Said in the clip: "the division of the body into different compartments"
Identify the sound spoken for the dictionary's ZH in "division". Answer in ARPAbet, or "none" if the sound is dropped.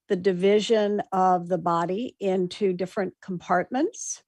ZH